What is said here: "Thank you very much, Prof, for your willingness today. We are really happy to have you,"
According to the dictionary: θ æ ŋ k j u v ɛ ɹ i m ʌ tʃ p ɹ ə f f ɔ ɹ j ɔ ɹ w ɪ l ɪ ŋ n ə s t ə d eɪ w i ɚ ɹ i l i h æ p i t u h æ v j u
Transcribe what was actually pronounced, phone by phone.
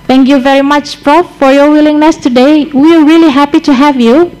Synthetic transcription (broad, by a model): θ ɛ ŋ k j u v ɛ ɹ i m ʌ tʃ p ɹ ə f f ɔ ɹ j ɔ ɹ w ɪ l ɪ ŋ n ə s t ə d eɪ w i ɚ ɹ i l i h æ p i t u h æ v j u